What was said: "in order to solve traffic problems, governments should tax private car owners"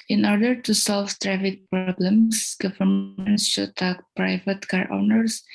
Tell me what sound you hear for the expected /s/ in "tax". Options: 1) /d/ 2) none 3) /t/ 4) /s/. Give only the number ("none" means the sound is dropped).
2